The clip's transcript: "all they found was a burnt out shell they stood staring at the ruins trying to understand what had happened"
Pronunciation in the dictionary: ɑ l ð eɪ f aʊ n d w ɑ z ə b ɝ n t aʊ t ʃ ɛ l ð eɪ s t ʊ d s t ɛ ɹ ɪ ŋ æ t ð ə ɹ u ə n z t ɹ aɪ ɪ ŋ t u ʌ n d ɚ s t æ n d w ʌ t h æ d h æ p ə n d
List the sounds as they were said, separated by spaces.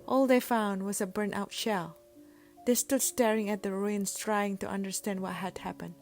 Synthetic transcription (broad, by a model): ɑ l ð eɪ f aʊ n d w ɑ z ə b ɝ n t aʊ t ʃ ɛ l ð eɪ s t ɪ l s t ɛ ɹ ɪ ŋ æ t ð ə ɹ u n s t ɹ aɪ ɪ ŋ t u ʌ n d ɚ s t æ n d w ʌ t h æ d h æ p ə n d